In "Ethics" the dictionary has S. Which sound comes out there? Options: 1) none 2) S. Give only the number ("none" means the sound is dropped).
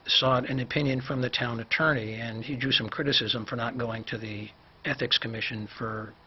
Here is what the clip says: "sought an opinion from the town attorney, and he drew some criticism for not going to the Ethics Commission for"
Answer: 2